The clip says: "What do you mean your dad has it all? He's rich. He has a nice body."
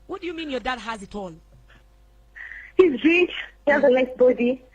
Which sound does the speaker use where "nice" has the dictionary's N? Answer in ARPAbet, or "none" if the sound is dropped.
L